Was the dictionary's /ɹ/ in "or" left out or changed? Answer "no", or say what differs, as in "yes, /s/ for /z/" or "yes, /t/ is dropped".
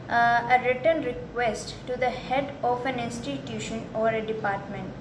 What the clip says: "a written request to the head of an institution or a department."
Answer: no